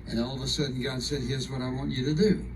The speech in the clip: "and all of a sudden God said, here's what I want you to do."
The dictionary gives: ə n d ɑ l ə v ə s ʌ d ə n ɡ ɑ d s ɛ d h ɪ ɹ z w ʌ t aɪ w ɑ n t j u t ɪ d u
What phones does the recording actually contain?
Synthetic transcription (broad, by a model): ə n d ɑ l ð ə s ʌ d n ɡ ɑ d s ɛ d h ɪ ɹ z w ʌ t aɪ w ɑ n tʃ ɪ t ɪ d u